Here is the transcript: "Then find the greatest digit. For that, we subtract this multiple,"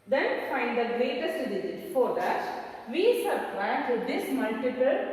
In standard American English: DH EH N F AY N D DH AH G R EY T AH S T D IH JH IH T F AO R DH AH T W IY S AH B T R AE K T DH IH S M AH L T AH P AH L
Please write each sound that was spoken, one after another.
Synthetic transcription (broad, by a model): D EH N F AY N D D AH G R EY T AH S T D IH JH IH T F AO R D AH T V IY S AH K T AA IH T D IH S M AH L T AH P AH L